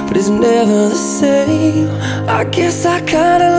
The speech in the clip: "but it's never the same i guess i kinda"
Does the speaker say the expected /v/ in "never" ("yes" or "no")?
yes